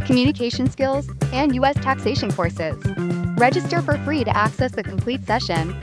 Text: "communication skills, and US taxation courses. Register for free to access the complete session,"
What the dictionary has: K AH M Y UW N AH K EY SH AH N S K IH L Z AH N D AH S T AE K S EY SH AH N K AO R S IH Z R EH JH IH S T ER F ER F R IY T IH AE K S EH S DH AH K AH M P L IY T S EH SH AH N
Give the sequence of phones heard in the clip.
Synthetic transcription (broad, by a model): K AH M Y UW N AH K EY SH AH N S K IH L Z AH N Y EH S T AE K S EY SH AH N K AO R S IH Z R EH JH IH S T ER F ER F R IY T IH AE K S EH S DH AH K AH M P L IY T S EH SH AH N